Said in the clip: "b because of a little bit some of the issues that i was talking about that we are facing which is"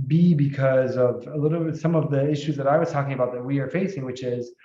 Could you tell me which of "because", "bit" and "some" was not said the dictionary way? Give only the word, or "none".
none